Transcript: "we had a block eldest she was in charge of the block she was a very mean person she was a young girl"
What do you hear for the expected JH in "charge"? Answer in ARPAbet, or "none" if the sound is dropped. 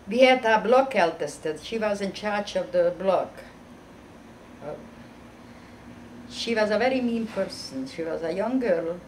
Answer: CH